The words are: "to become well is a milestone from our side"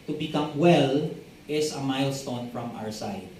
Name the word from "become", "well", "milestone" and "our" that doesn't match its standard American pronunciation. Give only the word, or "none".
none